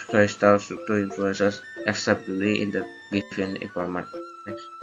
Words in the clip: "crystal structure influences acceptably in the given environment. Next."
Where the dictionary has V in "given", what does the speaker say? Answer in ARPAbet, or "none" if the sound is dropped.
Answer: F